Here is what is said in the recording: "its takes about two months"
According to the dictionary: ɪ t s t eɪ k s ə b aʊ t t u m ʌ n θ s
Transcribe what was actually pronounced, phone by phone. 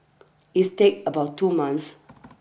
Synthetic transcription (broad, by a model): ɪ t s t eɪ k ə b aʊ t t u m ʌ n s